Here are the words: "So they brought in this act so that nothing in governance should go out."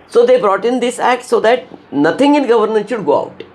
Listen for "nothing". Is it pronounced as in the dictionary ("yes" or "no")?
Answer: no